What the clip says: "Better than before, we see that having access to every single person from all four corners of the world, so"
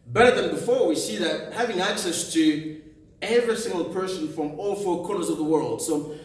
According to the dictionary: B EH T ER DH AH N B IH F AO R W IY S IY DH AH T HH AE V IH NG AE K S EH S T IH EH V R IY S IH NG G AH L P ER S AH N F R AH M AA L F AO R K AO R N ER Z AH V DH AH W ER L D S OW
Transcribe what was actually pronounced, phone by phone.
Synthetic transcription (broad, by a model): B EH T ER DH AH N B IH F AO R W IY S IY DH AH T HH AE V IH NG AE K S EH S T IH EH V R IY S IH NG G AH L P ER S AH N F R AH M AA L F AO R K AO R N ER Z AH V DH AH W ER L D S OW